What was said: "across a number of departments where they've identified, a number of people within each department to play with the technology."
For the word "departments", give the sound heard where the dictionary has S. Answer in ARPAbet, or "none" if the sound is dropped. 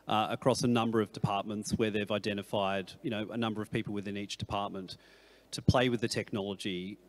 S